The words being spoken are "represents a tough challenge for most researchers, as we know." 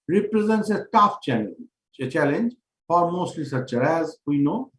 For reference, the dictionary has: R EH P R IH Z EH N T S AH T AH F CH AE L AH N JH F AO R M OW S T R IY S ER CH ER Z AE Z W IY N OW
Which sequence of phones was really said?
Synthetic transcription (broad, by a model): R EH P R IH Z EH N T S AH T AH F CH AE L AH N JH F AO R M OW S T L IY S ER CH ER AE Z W IY N OW